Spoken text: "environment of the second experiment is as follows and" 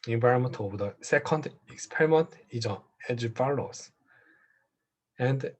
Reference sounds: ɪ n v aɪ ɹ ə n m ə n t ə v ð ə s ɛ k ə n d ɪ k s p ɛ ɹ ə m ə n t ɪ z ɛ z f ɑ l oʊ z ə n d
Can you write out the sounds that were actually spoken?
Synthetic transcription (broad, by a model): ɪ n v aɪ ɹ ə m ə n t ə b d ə s ɛ k ə n d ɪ k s p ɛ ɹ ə m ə n t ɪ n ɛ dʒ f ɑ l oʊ s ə n d